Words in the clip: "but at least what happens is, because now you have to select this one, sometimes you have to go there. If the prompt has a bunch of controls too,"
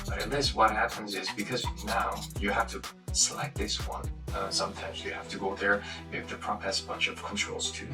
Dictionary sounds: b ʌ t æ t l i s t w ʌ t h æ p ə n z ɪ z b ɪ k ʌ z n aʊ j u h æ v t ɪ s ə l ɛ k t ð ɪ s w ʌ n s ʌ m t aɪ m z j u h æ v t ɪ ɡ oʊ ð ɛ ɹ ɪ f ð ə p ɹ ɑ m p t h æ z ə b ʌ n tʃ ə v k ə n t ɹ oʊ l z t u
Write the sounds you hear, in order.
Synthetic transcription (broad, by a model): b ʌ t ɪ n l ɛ s w ʌ t h æ p ə n z ɪ z b ɪ k ʌ z n aʊ j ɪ h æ f t ɪ s ə l ɛ k t ð ɪ s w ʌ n s ʌ m t aɪ m z j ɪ h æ f t ɪ ɡ oʊ ð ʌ ɹ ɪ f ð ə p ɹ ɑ p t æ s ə b ʌ n tʃ ə v k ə n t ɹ oʊ l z t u